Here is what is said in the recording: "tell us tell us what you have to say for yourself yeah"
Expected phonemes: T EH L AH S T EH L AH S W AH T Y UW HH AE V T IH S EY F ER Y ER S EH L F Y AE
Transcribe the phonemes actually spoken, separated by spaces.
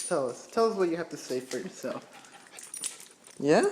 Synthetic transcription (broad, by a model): T EH L AH S T EH L AH S W AH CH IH HH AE F T IH S EY F ER Y ER S EH L F Y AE